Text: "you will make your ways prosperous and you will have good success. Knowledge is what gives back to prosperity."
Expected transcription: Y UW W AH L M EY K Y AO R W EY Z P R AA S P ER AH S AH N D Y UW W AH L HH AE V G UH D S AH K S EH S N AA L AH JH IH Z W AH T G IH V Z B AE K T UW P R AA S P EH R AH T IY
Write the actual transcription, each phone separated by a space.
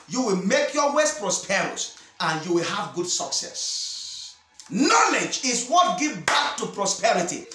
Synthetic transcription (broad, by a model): Y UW W AH L M EY K Y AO W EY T P R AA S P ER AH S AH N Y UW W AH L HH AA V G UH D S AH K S EH S N AA L AH JH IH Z W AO T G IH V B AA K T UW P R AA S P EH R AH T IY